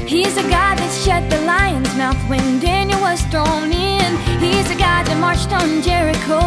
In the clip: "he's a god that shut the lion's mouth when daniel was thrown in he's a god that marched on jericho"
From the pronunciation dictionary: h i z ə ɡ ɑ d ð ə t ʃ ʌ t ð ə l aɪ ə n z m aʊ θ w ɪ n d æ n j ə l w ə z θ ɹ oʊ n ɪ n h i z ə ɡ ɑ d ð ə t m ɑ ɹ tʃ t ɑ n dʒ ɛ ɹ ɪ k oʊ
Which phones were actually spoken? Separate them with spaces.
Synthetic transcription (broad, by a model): h i z ə ɡ ɑ d ð ə t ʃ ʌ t ð ə l aɪ ə n z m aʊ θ w ɪ n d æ n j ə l w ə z t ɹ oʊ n ɪ n h i z ə ɡ ɑ d ð ə t m ɑ ɹ tʃ t n dʒ ɛ ɹ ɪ k oʊ